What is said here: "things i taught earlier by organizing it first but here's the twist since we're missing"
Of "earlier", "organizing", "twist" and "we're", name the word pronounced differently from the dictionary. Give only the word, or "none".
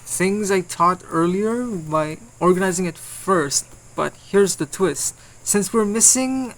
none